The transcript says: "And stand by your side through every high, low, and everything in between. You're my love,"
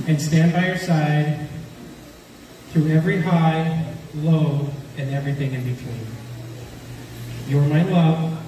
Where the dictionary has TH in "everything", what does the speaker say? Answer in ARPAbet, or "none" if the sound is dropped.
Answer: TH